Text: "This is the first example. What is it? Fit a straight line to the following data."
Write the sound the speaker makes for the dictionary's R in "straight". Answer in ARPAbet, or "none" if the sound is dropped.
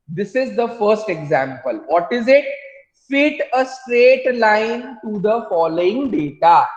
R